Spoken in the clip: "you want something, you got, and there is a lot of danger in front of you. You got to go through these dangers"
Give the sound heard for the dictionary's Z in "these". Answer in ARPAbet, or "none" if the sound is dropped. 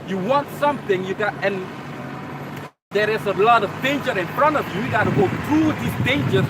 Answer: S